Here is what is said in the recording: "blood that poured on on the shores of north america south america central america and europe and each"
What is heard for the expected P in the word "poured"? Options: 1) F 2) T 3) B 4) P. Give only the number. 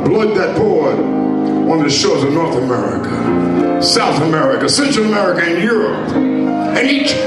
3